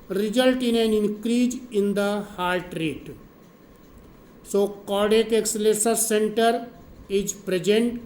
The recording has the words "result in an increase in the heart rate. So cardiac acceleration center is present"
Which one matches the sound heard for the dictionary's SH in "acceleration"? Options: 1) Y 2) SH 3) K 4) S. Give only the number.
4